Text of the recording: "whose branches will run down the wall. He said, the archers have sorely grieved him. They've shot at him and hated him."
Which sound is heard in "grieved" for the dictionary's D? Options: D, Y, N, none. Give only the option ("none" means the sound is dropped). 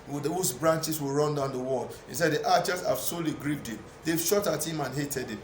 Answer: D